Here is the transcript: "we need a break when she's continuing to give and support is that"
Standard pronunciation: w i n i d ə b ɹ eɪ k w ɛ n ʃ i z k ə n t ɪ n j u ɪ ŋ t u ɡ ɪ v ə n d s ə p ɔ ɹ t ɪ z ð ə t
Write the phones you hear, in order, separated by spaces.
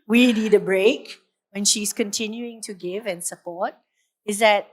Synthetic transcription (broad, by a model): w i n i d ə b ɹ eɪ k w ɛ n ʃ i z k ə n t ɪ n j u ɪ ŋ t u ɡ ɪ v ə n s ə p ɔ t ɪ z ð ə t